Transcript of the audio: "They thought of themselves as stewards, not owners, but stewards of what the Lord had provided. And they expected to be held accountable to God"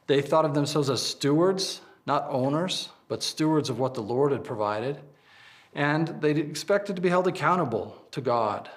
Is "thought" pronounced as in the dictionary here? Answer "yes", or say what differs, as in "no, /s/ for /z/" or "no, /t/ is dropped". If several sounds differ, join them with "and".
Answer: yes